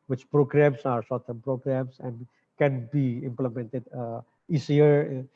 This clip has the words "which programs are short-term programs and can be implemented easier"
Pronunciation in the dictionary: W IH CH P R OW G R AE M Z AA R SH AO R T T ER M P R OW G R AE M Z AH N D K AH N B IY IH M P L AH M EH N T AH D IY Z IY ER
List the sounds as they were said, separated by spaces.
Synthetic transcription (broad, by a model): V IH CH P R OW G R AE M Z AA R S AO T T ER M P R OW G R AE M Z AH N D K AH N B IY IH M P L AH M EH N T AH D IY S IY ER